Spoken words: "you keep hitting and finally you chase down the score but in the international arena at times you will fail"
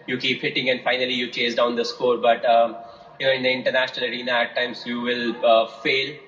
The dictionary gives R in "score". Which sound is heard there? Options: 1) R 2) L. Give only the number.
1